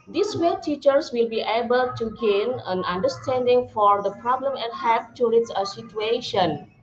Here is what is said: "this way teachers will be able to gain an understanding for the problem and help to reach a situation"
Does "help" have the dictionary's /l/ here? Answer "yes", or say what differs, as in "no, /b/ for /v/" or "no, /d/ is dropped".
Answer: no, /l/ is dropped